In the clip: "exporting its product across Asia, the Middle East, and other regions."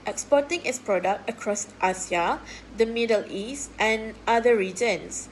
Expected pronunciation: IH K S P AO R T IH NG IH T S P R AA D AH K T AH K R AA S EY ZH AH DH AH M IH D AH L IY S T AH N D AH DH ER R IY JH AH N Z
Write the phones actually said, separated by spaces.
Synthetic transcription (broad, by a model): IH K S P AO T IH NG IH T S P R AA D AH K T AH K R AA S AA S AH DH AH M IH D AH L IY S T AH N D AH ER R IY JH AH N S